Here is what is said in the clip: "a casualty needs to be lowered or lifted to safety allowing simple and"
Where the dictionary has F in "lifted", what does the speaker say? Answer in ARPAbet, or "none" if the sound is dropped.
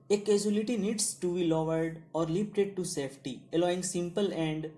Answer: P